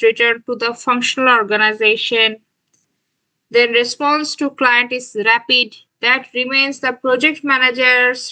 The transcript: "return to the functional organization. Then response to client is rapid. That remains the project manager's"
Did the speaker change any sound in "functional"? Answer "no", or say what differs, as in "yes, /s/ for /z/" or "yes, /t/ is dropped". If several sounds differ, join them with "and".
no